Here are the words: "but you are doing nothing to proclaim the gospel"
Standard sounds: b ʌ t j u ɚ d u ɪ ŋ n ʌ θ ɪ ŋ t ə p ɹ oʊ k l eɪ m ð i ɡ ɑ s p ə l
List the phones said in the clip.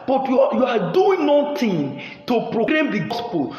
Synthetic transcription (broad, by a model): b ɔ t j u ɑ d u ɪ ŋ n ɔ t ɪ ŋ t ə p ɹ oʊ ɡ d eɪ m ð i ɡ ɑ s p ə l